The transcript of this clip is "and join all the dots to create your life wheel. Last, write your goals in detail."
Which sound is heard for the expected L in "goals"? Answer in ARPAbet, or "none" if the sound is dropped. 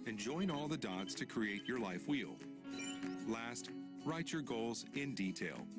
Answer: L